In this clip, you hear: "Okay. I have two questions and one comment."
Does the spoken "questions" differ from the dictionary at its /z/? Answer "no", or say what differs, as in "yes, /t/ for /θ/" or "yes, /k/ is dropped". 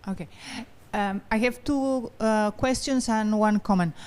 yes, /s/ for /z/